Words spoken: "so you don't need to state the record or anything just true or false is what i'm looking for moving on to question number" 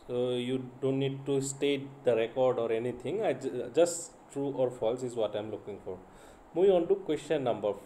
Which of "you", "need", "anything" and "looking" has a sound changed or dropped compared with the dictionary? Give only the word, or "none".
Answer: anything